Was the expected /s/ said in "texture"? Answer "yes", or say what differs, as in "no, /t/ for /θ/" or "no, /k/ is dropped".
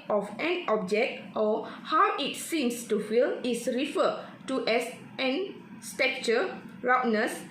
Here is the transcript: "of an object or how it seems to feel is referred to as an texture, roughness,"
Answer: no, /s/ is dropped